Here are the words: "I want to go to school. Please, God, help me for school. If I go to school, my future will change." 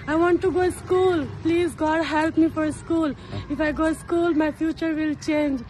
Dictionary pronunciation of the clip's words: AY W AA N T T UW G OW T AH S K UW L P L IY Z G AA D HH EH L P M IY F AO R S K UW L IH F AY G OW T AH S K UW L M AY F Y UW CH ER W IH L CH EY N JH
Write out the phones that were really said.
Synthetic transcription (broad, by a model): AY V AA N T T UW G OW S K UW L P L IY Z G AA D HH EH L P M IY F AO R S K UW L IH F AY G OW S K UW L M AY F Y UW CH ER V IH L CH EY N JH